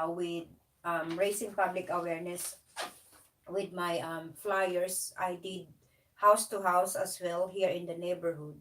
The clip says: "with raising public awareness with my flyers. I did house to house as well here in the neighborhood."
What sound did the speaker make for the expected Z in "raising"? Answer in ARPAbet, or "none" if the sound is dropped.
S